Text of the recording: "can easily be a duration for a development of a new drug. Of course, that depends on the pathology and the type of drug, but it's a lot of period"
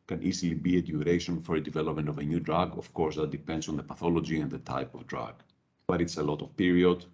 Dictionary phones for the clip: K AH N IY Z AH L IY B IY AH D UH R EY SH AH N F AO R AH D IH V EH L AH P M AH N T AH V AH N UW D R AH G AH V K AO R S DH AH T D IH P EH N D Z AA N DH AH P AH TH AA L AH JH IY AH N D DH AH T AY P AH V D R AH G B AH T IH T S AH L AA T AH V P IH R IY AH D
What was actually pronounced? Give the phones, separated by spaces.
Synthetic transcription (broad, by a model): K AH N IY Z AH L IY B IY AH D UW R EY SH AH N F AO R AH D IH V EH L AH P M AH N T AH V AH N UW D R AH G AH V K AO R S DH AH T D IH P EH N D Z AA N DH AH P AH TH AA L AH JH IY AH N D DH AH T AY P AH V D R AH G B AH T IH T S AH L AA T AH V P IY R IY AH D